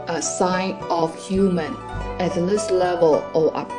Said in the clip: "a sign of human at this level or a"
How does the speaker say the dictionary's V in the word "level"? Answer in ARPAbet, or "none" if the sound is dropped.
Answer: V